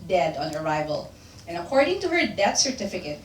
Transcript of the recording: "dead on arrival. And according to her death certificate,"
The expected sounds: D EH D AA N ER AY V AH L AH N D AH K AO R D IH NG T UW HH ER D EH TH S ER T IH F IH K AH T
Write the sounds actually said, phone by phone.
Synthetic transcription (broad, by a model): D EH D AA N ER AY V AH L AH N AH K AO R D IH NG T UW HH ER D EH T S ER T IH F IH K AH T